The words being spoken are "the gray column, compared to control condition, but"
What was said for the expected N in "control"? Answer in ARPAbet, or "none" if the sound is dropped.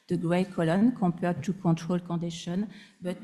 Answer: none